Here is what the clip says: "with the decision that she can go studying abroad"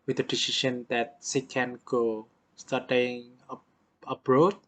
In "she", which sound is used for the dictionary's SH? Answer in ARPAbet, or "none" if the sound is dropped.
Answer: S